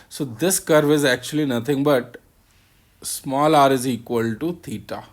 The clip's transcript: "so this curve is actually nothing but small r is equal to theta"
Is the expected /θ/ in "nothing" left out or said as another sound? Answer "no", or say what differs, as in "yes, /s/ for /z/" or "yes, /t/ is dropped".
yes, /t/ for /θ/